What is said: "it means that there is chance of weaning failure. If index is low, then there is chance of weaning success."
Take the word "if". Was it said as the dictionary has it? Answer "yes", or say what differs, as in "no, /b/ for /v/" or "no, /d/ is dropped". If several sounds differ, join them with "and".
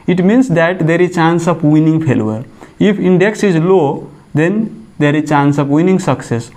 no, /p/ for /f/